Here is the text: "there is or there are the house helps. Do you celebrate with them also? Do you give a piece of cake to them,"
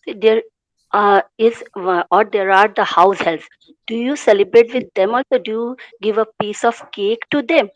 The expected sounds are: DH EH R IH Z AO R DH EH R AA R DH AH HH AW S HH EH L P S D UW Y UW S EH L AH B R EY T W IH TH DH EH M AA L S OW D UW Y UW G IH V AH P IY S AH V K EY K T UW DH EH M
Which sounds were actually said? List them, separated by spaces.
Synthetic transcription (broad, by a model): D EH R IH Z AO R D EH R AA R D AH HH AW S HH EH L S D UW Y UW S EH L AH B R EY T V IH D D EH M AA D S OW D UW Y UW G IH V AH P IY S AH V K EY K T UW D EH M